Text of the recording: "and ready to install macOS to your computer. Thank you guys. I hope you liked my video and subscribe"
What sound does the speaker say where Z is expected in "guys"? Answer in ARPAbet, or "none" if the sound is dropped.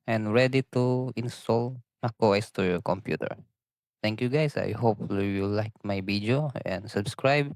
S